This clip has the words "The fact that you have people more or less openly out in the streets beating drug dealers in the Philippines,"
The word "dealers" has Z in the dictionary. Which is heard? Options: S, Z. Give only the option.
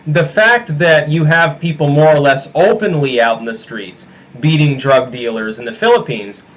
Z